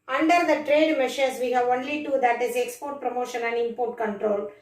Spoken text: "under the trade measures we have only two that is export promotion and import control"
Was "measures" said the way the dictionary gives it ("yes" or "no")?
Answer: no